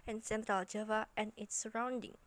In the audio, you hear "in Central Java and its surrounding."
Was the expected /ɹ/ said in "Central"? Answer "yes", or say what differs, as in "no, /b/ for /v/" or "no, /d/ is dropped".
no, /ɹ/ is dropped